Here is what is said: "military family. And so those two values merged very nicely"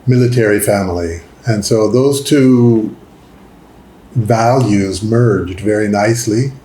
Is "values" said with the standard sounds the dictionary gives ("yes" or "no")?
yes